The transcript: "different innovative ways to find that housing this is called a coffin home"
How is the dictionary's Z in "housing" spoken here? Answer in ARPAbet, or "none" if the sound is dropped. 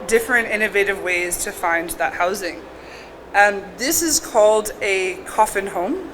Z